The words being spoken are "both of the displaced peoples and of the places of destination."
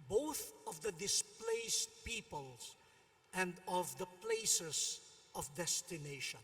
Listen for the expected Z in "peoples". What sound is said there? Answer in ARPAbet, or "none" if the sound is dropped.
S